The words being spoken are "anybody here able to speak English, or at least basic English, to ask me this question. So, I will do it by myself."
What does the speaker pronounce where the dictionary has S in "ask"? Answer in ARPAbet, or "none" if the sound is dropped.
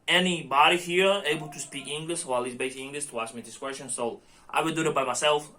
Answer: S